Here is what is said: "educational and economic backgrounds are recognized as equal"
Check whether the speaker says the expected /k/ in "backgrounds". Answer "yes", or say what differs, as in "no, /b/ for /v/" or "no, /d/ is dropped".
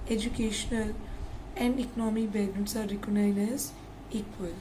no, /k/ is dropped